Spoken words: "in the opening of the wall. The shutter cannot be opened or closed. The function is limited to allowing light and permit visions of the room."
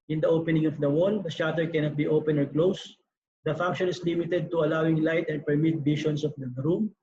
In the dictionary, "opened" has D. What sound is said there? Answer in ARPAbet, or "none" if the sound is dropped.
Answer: none